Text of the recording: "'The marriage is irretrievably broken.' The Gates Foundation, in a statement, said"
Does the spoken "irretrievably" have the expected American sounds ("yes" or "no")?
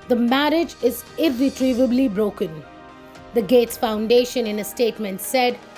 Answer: yes